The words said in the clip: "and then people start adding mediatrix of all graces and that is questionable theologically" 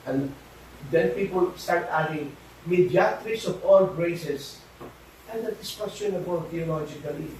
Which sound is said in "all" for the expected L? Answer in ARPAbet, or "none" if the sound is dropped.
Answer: L